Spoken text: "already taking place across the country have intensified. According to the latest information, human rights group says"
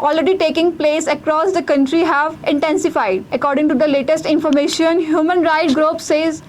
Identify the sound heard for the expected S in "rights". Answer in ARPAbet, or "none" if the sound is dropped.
none